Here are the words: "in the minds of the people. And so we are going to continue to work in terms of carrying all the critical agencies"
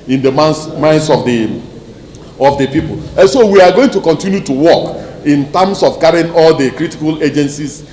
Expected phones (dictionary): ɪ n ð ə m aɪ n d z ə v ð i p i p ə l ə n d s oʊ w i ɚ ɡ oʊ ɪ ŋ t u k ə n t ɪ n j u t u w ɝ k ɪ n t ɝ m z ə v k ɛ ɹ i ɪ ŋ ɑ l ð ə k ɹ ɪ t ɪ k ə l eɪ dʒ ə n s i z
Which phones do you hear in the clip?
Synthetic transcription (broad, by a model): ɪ n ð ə m aɪ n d s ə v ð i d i p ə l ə n s oʊ w i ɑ ɡ oʊ ɪ ŋ t u k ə n t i n j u t u w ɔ k ɪ n t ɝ m s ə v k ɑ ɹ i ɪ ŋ ɑ l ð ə k ɹ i t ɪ k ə l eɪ dʒ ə n s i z